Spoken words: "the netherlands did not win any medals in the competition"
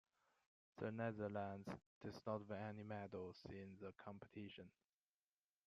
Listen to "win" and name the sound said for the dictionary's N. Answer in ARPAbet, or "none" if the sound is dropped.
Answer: none